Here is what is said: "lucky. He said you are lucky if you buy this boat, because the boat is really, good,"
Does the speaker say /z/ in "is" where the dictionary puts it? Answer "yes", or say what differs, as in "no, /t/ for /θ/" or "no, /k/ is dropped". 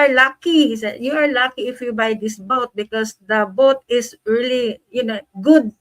no, /s/ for /z/